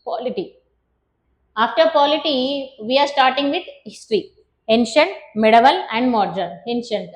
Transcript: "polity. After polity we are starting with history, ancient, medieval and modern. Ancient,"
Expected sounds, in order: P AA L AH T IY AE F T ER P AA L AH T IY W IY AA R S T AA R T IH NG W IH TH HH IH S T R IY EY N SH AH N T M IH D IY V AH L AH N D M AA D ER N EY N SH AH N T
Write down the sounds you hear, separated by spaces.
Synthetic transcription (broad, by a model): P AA L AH T IY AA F T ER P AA L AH T IY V IY AA R S T AA R T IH NG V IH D HH IH S T R IY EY N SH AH N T M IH D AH V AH L AH N D M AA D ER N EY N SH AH N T